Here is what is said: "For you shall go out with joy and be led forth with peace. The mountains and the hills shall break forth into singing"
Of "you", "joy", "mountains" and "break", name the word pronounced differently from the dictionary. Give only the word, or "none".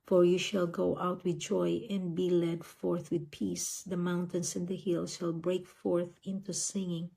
mountains